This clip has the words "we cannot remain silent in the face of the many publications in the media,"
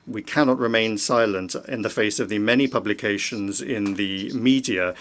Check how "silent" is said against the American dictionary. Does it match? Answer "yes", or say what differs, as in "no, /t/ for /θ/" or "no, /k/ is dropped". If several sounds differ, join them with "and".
yes